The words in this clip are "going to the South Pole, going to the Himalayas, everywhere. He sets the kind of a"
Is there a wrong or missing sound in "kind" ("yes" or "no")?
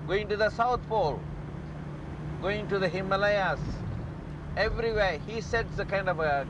no